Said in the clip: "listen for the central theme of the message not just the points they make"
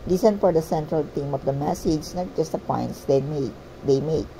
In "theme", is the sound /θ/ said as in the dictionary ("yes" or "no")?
no